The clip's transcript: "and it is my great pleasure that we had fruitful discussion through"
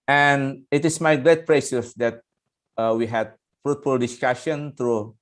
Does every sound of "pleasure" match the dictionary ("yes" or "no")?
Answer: no